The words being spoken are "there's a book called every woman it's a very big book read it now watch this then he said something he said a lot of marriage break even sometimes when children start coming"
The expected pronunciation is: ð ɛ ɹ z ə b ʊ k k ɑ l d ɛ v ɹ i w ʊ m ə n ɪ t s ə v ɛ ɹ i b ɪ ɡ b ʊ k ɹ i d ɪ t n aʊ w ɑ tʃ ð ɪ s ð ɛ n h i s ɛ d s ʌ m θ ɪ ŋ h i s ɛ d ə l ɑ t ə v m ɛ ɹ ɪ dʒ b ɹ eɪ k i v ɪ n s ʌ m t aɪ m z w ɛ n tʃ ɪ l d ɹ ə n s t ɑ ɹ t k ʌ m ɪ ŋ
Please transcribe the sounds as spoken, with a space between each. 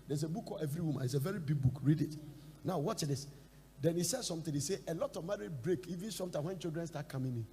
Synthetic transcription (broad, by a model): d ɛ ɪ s ə b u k k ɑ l ɛ v ɹ i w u m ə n ɪ t s ə v ɛ ɹ i b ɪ ɡ b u k ɹ i d ɪ t n aʊ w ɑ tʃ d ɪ s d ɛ n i s ɛ d s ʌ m t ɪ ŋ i s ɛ ə l ɑ t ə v m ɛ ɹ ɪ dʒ b ɹ eɪ k i v ɪ n s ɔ m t aɪ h w ɛ n tʃ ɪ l d ɹ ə n s t ɑ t k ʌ m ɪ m